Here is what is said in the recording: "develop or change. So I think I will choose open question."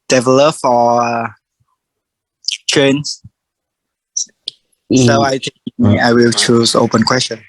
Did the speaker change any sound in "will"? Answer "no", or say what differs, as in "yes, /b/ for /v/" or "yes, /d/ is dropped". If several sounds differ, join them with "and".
no